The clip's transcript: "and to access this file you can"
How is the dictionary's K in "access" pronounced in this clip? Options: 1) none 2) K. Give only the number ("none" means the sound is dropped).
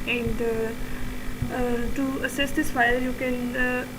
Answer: 1